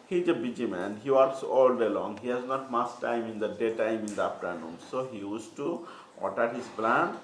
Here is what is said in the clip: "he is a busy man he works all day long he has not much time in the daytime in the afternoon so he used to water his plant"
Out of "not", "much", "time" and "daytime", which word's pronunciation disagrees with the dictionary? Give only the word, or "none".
much